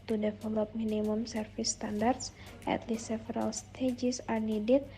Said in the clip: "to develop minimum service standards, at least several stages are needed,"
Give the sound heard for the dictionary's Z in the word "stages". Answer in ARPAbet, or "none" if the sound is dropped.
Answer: S